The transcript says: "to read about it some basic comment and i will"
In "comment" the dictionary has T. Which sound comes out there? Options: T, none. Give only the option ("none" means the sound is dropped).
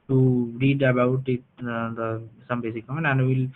none